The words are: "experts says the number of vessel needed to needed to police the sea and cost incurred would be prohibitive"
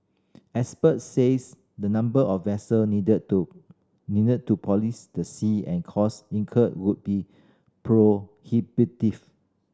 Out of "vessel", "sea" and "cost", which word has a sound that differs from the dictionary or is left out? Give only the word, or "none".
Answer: cost